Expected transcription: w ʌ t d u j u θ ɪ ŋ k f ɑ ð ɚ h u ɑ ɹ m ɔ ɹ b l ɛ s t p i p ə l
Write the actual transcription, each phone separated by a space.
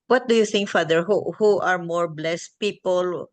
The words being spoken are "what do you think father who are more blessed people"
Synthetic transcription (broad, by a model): w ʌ t d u j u θ ɪ ŋ k f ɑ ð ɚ h u ɑ ɹ m ɔ ɹ b l ɛ s t p i p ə l